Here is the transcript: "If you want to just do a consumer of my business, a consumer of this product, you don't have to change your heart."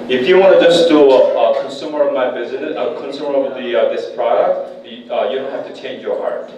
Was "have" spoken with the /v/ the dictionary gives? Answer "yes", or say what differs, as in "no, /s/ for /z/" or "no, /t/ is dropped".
no, /f/ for /v/